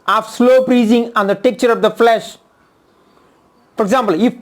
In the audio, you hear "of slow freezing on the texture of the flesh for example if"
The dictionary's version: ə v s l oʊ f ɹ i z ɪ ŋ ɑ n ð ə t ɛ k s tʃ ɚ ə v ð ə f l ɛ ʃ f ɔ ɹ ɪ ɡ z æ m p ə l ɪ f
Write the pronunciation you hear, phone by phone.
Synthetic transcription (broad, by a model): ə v s l oʊ p ɹ i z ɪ ŋ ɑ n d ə t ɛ k tʃ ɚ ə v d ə f l ɛ ʃ f ɔ ɹ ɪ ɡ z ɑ m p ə l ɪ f